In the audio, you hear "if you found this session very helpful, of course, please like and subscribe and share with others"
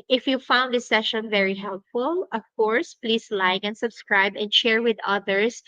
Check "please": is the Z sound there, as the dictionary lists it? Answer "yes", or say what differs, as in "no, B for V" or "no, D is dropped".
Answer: no, S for Z